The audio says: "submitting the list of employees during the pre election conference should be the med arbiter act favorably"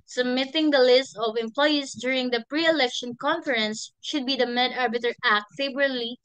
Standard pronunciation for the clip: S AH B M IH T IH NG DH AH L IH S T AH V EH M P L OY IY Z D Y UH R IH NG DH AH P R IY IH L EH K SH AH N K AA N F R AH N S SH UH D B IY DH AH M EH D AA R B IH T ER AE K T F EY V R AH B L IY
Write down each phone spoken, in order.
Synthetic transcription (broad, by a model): S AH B M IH T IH NG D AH L IH S T AH V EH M P L OY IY S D Y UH R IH NG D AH P R IY IH L EH K SH AH N K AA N F R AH N S SH UH D B IY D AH M EH D AA R B IH T ER AE K T F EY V R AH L IY